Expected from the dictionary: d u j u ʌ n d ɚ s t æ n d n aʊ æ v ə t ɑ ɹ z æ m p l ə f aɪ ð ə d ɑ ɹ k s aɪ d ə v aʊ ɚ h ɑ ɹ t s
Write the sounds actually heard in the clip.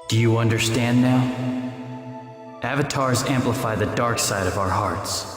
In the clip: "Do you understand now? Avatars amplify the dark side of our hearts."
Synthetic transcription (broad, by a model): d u j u ʌ n d ɚ s t æ n d n aʊ æ v ə t ɑ ɹ z æ m p l ə f aɪ ð ə d ɑ ɹ k s aɪ d ə v aʊ ɚ h ɑ ɹ t s